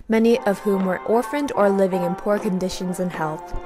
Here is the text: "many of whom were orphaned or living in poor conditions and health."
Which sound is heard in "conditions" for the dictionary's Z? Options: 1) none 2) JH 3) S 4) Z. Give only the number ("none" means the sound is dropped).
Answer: 4